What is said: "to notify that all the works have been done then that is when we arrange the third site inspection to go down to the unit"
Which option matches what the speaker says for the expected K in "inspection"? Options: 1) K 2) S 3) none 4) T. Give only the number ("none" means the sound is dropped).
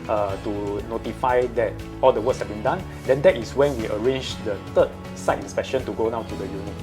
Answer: 1